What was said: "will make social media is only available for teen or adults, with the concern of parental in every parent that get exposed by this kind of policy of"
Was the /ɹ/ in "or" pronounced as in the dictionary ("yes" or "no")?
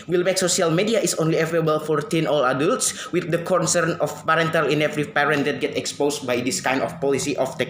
no